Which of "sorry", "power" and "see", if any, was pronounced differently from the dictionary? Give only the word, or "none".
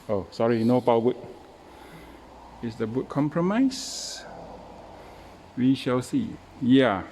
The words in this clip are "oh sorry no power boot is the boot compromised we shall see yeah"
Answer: power